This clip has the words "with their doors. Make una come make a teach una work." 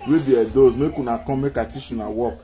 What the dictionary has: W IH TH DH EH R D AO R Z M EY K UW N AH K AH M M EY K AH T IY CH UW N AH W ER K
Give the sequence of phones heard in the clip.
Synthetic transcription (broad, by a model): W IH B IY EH D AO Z M EY K UW N AH K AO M M EY K AH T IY SH UW N AH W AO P